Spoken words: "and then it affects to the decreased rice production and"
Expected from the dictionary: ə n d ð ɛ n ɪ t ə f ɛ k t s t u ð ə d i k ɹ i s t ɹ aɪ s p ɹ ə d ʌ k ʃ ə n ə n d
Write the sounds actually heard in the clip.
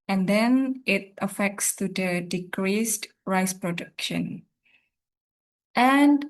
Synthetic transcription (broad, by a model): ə n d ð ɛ n ɪ t ə f ɛ k t s t u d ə d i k ɹ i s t ɹ aɪ s p ɹ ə d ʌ k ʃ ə n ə n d